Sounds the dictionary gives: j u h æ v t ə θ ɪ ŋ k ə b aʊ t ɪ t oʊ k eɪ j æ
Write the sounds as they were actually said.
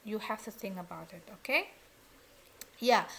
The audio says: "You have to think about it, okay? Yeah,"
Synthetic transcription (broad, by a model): j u h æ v t ə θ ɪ ŋ ə b aʊ t ɪ t oʊ k eɪ j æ